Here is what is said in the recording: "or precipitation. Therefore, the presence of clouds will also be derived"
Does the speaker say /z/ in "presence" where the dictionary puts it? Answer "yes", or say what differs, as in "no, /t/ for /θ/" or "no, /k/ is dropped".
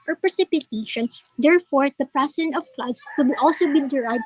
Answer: no, /s/ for /z/